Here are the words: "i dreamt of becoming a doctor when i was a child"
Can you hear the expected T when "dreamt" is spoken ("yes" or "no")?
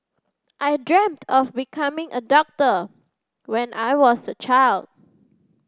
yes